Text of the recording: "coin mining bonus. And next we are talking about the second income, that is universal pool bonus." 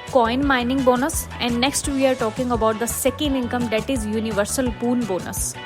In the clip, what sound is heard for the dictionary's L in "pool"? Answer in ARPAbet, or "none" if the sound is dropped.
N